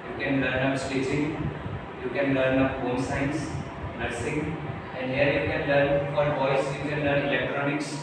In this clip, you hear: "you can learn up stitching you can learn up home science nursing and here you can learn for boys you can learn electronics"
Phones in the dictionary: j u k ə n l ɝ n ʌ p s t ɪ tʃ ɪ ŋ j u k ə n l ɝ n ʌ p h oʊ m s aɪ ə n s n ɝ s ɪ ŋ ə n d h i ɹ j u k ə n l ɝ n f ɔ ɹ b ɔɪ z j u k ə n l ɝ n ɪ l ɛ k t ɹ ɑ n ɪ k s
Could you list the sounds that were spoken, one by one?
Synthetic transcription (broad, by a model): j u k ə n l ɝ n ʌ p s t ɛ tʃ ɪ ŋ j u k ə n l ɝ n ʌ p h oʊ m s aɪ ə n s n ɝ s ɪ ŋ ə n d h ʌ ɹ j u k ə n l ɝ n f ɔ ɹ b ɔɪ s j u k ə n l ɝ n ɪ l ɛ k t ɹ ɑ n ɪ k s